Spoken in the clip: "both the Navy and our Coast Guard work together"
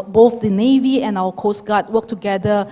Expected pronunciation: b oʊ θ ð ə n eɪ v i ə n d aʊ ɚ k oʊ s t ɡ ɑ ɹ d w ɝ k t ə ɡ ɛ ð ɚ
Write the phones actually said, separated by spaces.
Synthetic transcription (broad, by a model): b oʊ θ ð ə n eɪ v i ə n aʊ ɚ k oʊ s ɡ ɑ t w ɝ k t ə ɡ ɛ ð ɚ